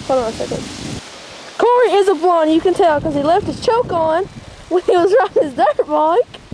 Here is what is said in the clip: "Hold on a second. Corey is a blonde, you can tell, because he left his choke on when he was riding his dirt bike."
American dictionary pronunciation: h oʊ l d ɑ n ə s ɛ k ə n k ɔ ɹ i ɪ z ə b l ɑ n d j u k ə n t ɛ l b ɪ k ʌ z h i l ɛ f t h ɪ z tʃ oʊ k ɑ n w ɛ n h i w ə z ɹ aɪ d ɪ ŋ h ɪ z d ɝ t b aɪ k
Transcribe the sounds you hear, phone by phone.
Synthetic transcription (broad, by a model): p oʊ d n ə s ɛ k ə n k ɔ ɹ i ɪ z ə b ɑ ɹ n j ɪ k ə n t ɛ l k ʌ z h i l ɛ f t h ɪ z tʃ oʊ k n w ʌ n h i w ə z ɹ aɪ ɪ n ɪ z d ɝ t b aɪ k